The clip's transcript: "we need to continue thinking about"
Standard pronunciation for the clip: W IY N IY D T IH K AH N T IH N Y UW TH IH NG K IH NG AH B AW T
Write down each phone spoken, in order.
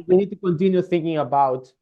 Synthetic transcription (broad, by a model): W IY N IY D T IH K AH N T IH N Y UW TH IH NG K IH NG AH B AW T